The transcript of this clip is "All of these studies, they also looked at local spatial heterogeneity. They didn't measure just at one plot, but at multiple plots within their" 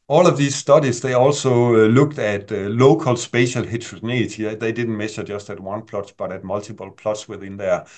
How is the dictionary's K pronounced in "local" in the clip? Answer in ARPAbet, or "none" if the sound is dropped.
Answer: K